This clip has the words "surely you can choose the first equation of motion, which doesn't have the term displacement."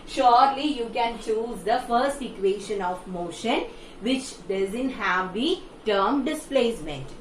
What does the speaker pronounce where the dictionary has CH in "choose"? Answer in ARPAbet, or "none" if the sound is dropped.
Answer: CH